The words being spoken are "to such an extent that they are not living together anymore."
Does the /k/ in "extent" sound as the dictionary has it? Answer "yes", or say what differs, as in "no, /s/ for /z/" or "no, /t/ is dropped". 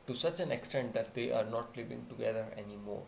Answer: yes